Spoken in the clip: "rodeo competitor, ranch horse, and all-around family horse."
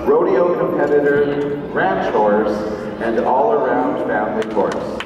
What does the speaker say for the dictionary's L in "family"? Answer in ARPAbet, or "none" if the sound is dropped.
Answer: N